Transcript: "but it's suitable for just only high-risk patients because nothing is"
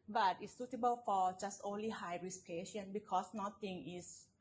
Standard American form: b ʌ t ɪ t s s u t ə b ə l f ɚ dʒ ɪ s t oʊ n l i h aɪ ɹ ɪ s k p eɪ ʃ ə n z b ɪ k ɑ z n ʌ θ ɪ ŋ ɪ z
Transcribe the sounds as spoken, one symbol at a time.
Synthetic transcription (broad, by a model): b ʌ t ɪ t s s u t ə b ə l f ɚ dʒ ɪ s t oʊ n l i h aɪ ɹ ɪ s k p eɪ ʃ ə n b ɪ k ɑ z n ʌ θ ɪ ŋ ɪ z